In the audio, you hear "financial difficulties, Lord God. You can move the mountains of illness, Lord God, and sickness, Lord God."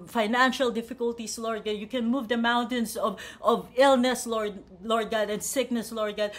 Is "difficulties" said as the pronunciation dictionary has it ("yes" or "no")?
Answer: no